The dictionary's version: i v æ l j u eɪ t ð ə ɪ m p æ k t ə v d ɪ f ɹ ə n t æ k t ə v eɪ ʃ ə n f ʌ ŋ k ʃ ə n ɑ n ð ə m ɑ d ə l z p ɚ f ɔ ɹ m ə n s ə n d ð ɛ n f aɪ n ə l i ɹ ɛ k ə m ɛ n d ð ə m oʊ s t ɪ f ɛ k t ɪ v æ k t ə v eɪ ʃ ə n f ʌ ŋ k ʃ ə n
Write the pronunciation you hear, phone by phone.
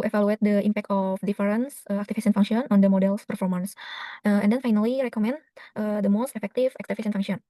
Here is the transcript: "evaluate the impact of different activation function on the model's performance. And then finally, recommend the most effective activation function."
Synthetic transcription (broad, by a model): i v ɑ l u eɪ t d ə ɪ m p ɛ k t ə f d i f ɹ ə n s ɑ k t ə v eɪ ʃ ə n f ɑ ŋ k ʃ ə n ɑ n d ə m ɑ d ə l s p ɚ f ɔ ɹ m ə n s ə n d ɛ n f aɪ n ə l i ɹ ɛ k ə m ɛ n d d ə m oʊ s t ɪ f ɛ k t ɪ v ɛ k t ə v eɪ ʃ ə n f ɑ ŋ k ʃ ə n